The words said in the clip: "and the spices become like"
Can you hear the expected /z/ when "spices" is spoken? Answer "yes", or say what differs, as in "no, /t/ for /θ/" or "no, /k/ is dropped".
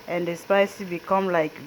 no, /z/ is dropped